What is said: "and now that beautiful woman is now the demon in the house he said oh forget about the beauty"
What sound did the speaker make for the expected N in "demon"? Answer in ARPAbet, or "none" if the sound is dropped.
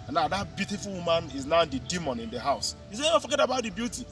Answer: N